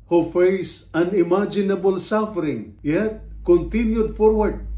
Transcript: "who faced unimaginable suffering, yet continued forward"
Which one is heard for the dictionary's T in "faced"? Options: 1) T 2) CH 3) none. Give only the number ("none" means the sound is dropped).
3